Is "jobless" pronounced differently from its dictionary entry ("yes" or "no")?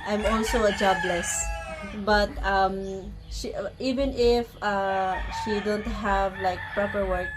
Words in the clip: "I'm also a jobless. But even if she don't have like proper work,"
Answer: no